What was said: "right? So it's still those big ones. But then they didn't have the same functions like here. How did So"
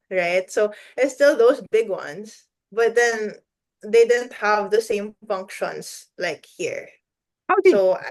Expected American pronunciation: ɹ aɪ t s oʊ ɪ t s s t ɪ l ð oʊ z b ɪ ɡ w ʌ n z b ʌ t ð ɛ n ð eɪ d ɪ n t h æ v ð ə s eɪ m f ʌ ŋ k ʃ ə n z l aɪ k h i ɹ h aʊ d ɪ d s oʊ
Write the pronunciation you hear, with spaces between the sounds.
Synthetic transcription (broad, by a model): ɹ aɪ t s oʊ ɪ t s s t ɪ l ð oʊ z b ɪ ɡ w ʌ n s b ʌ t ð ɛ n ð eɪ d ɪ n t h æ v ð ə s eɪ m f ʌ ŋ k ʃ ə n s l aɪ k h i ɹ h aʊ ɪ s oʊ